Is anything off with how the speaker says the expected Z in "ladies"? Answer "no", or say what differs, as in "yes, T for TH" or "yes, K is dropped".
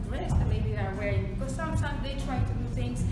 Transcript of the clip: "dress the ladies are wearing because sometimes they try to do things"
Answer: yes, Z is dropped